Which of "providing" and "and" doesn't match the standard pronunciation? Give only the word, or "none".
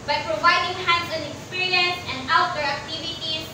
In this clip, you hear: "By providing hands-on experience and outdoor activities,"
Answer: none